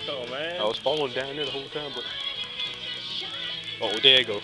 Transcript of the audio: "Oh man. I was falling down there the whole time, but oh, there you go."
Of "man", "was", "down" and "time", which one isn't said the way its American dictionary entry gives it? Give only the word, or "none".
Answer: man